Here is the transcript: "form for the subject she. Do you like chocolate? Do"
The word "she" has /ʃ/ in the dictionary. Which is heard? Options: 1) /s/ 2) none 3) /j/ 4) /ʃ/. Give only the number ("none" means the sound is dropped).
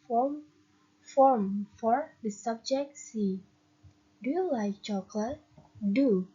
1